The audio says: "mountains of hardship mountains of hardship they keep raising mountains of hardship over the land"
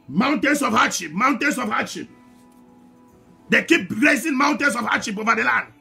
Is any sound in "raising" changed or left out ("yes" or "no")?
yes